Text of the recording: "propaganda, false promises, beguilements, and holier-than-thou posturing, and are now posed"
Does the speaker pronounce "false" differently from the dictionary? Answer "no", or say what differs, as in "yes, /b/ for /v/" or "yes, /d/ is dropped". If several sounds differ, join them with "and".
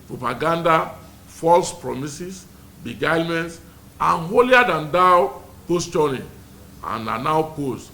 no